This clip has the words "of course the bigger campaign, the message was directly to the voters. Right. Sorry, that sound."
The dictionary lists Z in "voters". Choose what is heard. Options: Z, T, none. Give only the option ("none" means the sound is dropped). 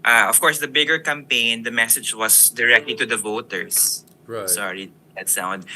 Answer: none